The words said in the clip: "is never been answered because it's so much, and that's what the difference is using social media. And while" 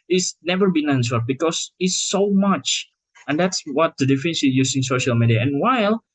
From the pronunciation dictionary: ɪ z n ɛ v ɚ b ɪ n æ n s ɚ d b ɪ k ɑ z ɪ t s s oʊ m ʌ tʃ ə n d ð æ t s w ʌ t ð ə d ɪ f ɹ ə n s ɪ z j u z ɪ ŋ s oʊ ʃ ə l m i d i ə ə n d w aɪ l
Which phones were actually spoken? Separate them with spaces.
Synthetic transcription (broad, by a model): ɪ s n ɛ v ɚ b ɪ n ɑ n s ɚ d b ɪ k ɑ s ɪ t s s oʊ m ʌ tʃ ə n d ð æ t s w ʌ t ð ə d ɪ f ə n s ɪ j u s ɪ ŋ s oʊ ʃ ə l m i d i ə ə n w aɪ l